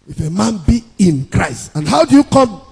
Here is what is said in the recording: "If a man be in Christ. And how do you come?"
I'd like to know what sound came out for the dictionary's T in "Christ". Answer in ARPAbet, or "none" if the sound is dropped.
T